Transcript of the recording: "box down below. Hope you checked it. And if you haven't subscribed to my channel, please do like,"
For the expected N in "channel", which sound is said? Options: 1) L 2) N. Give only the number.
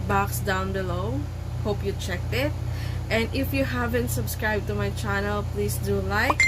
2